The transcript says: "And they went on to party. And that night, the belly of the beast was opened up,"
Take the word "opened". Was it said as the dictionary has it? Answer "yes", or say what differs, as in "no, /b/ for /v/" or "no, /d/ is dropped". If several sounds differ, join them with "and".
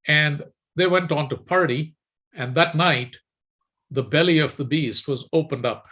yes